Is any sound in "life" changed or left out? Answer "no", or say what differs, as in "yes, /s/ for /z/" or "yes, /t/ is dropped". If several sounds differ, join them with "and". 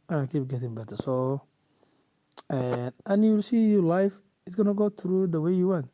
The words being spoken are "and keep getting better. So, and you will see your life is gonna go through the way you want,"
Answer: no